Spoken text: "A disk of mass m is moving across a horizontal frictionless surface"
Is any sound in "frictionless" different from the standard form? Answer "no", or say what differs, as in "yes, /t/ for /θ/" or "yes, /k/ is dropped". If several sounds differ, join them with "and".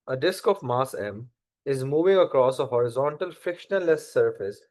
yes, /ɹ/ is dropped